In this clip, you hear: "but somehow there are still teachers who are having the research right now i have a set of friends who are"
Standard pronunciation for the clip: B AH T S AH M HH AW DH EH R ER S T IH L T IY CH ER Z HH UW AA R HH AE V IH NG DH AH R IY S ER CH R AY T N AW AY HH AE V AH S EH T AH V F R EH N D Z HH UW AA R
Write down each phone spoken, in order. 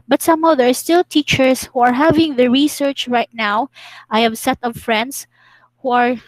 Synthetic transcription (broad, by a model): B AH T S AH M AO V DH ER S T IH L T IY CH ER S HH UW AA R HH AE V IH NG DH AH R IY S ER CH R AY T N AW AY HH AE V S EH T AH V F R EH N D S HH UW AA R